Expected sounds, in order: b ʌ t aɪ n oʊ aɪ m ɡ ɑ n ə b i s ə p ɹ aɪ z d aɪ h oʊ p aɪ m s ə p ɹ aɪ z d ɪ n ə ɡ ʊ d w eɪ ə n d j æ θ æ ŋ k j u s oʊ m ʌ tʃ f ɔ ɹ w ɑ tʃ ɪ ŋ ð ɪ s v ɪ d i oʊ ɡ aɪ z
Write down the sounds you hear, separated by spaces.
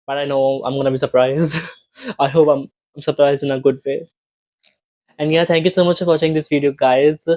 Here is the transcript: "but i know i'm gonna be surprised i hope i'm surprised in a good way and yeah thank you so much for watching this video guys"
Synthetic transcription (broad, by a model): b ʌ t aɪ n oʊ aɪ m ɡ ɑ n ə b i s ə p ɹ aɪ z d aɪ h oʊ p aɪ m s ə p ɹ aɪ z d ɪ n ə ɡ ʊ d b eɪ ə n d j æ t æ ŋ k j u s oʊ m ʌ tʃ f ɔ ɹ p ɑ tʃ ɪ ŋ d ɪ s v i d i oʊ ɡ aɪ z